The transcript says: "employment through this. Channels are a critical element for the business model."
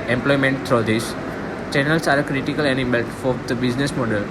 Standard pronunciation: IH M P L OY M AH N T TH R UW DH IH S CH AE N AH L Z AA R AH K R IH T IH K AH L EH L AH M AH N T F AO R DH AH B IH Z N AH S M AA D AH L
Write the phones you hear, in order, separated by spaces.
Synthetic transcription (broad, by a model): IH M P L OY M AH N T T R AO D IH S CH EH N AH L S AA R AH K R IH T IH K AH L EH N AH M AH L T F AO R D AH B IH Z N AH S M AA D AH L